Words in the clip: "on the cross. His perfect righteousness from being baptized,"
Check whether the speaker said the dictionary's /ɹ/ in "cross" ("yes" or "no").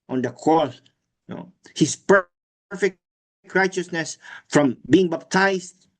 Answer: no